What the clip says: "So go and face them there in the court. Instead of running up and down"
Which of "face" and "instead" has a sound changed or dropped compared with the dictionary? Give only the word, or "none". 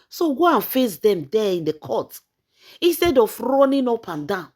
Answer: instead